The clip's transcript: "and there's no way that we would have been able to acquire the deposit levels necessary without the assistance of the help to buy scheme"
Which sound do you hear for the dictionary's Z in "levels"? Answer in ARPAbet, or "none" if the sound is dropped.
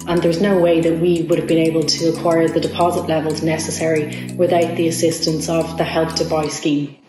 Z